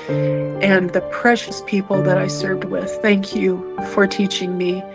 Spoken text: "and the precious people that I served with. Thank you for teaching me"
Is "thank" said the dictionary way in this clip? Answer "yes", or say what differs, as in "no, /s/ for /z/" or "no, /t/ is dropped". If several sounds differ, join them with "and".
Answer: yes